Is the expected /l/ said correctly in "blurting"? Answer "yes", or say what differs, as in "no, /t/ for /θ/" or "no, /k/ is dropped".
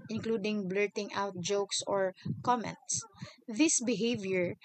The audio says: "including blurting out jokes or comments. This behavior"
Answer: yes